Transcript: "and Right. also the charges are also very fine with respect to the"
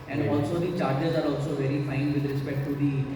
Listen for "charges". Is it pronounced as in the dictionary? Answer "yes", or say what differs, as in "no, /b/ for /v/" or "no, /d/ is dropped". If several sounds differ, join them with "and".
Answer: yes